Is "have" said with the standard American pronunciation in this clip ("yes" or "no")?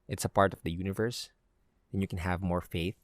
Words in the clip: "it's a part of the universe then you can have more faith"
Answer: yes